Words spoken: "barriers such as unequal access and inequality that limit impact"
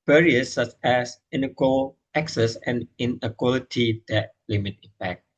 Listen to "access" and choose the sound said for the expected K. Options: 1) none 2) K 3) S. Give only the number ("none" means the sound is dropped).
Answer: 2